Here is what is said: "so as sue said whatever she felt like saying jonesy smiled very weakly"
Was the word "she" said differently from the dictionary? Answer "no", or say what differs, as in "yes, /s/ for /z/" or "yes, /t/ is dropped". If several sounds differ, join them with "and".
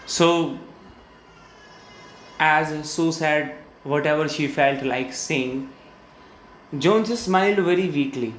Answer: no